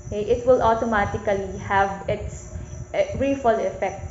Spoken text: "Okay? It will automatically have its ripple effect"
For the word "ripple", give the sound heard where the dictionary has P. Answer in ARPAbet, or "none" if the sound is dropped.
F